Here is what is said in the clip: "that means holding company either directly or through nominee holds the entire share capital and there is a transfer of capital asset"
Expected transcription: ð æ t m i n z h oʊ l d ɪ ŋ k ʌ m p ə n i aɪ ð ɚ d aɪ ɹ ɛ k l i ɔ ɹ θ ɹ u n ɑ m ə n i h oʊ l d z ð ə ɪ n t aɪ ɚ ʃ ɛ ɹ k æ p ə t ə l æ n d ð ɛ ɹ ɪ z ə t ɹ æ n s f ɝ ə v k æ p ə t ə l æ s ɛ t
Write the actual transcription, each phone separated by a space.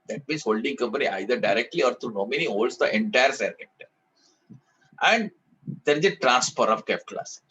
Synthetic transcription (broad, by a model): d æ t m i n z h oʊ l d ɪ ŋ k ʌ m p ə n i aɪ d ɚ d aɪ ɹ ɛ k l i ɔ ɹ t ɹ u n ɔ m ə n i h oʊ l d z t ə ɪ n t aɪ ɚ s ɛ ɹ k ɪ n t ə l æ n d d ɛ ɹ ɪ z ə t ɹ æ n s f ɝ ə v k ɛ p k l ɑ s